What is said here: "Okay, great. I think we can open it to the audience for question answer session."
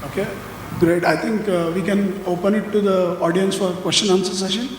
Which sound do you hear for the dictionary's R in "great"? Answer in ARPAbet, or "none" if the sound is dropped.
R